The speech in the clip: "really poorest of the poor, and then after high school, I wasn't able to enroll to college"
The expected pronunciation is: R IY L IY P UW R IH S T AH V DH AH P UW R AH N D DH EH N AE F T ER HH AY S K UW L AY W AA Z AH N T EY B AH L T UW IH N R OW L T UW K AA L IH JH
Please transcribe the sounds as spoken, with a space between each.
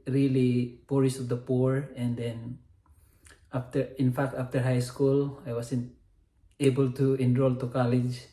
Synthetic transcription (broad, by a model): R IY L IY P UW R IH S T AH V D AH P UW R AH N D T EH N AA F T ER HH AY S K UW L AY W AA S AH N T EY B AH L T UW IH N R OW L T UW K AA L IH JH